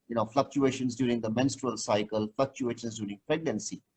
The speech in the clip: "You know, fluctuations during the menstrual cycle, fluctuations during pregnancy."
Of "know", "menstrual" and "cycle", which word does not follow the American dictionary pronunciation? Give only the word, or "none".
none